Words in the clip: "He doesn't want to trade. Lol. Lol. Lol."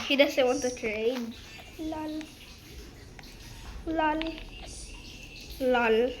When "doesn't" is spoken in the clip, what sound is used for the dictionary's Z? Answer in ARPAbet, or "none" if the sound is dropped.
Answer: S